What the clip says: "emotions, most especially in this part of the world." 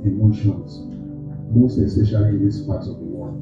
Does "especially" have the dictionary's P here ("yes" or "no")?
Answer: no